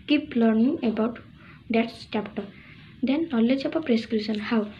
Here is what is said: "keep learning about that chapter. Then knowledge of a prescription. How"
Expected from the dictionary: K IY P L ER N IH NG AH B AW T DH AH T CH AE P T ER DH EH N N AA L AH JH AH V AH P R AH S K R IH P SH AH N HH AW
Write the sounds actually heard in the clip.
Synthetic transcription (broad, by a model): K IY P L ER N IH NG AH B AW T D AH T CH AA P T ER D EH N N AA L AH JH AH P AH P R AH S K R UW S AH N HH AW